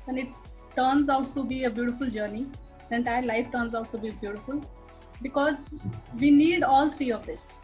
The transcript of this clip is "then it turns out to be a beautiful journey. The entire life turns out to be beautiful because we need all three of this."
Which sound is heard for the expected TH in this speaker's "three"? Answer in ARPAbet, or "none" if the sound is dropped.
T